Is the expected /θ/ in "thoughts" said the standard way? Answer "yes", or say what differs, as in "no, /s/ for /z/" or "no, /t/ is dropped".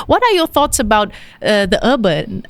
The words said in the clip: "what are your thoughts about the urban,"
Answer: yes